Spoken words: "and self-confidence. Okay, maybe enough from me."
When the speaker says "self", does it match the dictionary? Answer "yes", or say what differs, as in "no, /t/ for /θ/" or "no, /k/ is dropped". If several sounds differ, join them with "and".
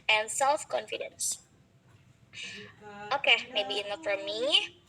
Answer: yes